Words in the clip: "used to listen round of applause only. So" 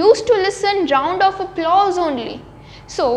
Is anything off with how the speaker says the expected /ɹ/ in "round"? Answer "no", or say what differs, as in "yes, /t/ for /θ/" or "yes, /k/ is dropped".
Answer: no